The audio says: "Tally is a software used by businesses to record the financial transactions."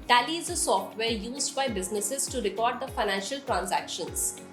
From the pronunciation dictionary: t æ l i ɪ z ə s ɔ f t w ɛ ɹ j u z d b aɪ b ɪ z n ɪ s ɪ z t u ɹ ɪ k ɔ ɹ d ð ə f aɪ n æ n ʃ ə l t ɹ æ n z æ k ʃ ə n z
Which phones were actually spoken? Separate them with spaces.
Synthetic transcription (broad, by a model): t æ l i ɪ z ə s ɔ f t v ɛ ɹ j u z d b aɪ b ɪ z n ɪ s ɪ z t u ɹ ɪ k ɔ ɹ d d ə f aɪ n æ n ʃ ə l t ɹ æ n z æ k ʃ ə n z